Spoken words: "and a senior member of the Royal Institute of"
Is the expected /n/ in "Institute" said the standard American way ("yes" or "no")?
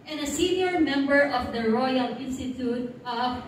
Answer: yes